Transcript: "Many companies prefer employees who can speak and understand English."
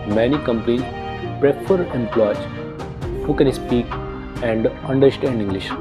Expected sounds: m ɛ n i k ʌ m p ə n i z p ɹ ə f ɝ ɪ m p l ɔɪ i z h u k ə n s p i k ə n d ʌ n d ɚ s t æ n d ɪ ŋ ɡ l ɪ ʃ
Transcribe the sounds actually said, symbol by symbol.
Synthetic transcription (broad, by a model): m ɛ n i k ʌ m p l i p ɹ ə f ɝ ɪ m p l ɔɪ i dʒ h u k ə n s p i k ə n d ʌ n d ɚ s t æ n d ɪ ŋ ɡ l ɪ ʃ